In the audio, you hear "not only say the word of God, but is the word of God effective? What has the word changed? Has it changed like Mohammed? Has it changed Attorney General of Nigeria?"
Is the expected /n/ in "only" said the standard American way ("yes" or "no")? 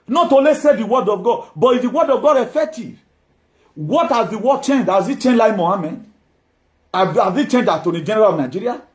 no